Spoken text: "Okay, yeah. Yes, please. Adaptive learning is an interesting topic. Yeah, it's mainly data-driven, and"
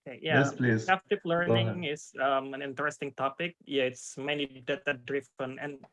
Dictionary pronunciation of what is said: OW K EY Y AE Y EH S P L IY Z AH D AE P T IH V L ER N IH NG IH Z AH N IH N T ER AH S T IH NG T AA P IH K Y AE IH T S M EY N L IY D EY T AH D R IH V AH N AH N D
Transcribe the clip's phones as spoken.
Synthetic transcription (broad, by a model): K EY Y AE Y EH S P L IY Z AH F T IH P L ER N IH NG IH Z AH N IH N T ER AH S T IH NG T AA P IH K Y AE IH T S M EY N L IY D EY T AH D R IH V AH N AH N